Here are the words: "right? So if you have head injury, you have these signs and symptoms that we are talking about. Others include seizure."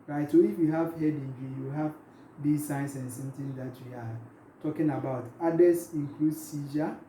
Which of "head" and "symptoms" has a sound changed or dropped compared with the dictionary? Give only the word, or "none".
symptoms